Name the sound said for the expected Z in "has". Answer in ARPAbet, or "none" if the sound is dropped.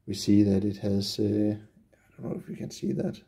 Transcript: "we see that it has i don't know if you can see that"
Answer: S